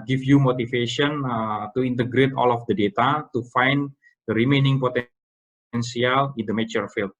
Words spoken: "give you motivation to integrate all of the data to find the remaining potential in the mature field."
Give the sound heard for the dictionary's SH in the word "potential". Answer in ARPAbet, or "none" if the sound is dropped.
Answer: S